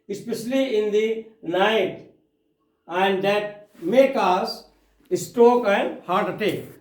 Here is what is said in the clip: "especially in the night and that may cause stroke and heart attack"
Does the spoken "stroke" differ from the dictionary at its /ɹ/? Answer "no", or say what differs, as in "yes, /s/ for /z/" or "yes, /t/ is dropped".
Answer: yes, /ɹ/ is dropped